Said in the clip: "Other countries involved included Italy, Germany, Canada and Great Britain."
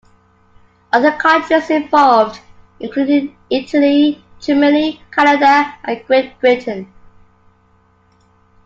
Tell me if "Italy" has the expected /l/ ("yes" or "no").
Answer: yes